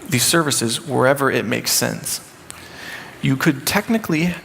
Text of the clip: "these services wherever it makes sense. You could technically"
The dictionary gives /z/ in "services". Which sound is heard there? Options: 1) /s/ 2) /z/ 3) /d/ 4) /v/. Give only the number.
2